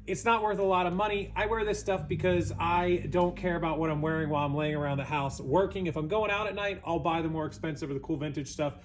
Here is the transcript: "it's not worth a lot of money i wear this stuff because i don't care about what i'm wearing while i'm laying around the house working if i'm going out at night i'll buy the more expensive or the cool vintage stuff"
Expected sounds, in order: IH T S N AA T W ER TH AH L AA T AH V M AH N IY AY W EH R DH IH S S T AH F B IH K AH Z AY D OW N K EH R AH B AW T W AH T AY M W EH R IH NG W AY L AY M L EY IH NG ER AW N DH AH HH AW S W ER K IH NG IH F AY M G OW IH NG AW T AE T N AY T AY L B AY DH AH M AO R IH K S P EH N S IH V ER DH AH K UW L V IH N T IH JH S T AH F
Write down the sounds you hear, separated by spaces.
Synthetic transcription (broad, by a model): IH T S N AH T W ER TH AH L AA T AH V M AH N IY AY W EH R DH IH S S T AH F B IH K AH Z AY D OW N K EH R AH B AW T W AH T AY M W EH R IH NG W AY L AY M L EY IH NG ER AW N DH AH HH AW S W ER K IH NG IH F AY M G OW IH NG AW T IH T N AY T AY L B AY DH AH M AO R IH K S P EH N S IH V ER DH AH K UW L V IH N T IH JH S T AH F